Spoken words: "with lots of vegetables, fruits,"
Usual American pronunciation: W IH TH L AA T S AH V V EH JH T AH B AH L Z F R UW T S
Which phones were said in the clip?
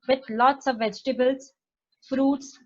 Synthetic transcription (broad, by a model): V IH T L AA T S AH V V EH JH T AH B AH L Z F R UW T S